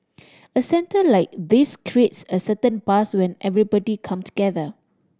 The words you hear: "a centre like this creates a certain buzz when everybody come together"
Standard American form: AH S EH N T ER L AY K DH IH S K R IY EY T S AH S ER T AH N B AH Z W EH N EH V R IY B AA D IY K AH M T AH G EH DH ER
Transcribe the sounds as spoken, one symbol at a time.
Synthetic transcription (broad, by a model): AH S EH N T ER L AY K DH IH S K R IY EY T S AH S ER T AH N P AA S W EH N EH V R IY B AA D IY K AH M T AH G EH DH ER